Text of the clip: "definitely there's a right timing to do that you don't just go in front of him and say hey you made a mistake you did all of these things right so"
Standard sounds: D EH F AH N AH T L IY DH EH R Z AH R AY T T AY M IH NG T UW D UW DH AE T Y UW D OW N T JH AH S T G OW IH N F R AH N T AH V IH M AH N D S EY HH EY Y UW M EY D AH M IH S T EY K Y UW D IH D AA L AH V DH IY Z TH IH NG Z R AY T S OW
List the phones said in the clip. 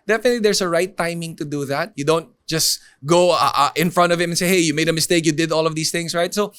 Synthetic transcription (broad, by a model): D EH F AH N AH T L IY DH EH R S AH R AY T T AY M IH NG T UW D UW DH AE T Y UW D OW N T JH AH S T G OW IH N F R AH N T AH V IH M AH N S EY HH EY Y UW M EY D AH M IH S T EY K Y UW D IH D AA L AH V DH IY S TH IH NG S R AY T S OW